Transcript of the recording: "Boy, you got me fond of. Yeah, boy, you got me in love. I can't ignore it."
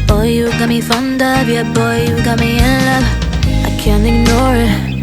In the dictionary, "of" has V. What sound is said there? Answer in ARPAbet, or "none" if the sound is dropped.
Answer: B